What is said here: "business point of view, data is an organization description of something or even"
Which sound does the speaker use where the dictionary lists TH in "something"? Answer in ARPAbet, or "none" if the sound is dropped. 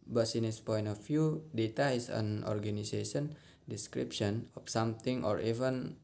T